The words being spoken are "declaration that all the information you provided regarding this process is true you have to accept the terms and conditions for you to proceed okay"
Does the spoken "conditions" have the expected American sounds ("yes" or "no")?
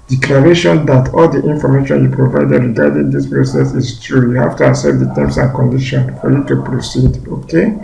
no